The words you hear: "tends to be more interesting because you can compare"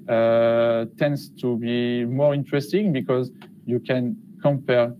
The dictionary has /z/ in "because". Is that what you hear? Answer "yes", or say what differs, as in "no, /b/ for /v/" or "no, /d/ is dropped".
yes